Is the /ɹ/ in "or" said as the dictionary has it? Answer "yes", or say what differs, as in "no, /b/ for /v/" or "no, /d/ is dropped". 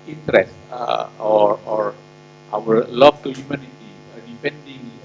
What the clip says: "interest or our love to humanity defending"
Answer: yes